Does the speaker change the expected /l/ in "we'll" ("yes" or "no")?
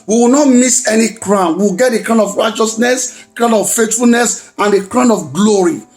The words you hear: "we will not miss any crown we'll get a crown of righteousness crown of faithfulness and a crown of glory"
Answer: yes